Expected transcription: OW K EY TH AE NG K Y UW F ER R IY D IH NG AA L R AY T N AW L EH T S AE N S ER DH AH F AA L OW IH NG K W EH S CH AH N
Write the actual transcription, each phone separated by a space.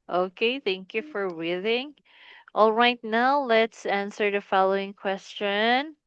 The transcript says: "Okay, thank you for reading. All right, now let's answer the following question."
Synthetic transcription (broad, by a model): OW K EY TH AE NG K Y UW F ER W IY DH IH NG AA L R AY T N AW L EH T S AE N S ER DH AH F AA L OW IH NG K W EH S CH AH N